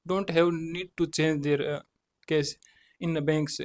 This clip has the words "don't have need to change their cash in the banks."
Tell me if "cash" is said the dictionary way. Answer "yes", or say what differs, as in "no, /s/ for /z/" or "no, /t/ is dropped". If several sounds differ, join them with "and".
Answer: no, /s/ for /ʃ/